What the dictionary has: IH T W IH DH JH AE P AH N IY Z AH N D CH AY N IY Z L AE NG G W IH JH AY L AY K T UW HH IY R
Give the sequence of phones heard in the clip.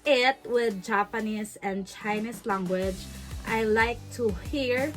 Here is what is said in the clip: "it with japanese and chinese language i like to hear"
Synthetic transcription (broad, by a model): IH T W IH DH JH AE P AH N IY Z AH N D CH AY N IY S L AE NG G W IH JH AY L AY K T UW HH IY R